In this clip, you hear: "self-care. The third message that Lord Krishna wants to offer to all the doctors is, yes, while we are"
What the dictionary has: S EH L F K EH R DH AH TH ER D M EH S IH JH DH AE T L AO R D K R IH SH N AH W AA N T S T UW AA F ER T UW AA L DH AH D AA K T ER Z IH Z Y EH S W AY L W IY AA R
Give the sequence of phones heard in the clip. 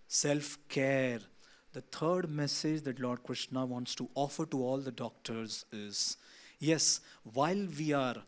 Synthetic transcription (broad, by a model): S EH L F K EH R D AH T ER D M EH S IH JH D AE T L AO R D K R IH SH N AH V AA N T S T UW AA F ER T UW AA L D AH D AA K T ER Z IH Z Y EH S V AY L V IY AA R